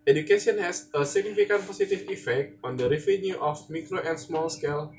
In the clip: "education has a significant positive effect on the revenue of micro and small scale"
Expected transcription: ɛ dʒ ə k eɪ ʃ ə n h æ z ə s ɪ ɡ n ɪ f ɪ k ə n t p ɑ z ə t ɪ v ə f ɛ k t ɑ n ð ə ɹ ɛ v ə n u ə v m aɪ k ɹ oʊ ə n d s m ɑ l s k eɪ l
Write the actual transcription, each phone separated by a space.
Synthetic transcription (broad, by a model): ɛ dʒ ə k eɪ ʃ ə n h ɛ s ə s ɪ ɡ n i f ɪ k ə n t p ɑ s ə t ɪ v ə f ɛ k t ɑ n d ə ɹ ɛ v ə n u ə f m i k ɹ oʊ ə n s m ɑ l s k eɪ l